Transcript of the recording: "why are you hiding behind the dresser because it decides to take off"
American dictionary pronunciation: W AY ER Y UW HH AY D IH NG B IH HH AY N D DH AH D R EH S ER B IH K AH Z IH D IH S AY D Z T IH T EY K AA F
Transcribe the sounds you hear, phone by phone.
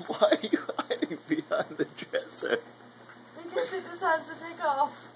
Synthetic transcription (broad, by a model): W AY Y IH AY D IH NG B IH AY N DH AH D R EH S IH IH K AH IH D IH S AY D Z T IH T EY K AA F